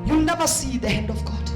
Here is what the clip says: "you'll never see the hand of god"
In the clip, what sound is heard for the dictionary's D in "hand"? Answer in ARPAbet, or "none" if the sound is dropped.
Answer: D